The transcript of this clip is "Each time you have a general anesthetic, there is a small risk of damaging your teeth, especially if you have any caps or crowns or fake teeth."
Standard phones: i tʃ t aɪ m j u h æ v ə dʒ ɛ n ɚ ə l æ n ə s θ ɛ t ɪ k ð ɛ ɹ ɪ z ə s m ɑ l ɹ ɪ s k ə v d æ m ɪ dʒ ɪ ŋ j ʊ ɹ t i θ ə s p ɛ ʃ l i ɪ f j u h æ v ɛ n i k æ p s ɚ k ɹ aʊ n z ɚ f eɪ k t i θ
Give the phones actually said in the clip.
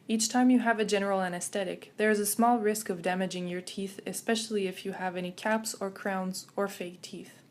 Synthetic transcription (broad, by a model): i tʃ t aɪ m j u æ v ə dʒ ɛ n ɚ l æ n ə s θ ɛ t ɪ k ð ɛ ɹ ɪ z ə s m ɑ l ɹ ɪ s k ə v d æ m ɪ dʒ ɪ ŋ j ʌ ɹ t i θ ə s p ɛ ʃ l i ɪ f j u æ v ɛ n i k æ p s ɚ k ɹ aʊ n z ɚ f eɪ k t i θ